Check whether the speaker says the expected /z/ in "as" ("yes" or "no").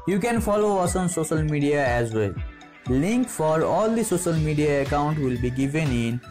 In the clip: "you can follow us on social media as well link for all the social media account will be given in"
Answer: yes